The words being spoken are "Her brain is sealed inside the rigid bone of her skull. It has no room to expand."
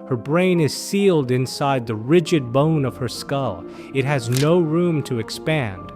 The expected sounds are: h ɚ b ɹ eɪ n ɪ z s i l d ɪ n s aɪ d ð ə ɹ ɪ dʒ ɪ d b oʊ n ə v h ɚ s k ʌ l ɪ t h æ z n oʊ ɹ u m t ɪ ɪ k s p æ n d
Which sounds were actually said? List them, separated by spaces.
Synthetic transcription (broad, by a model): h ɚ b ɹ eɪ n ɪ z s i l d ɪ n s aɪ d ð ə ɹ ɪ dʒ ɪ d b oʊ n ə v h ɚ s k ʌ l ɪ t h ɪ z n oʊ ɹ u m t ɪ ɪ k s p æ n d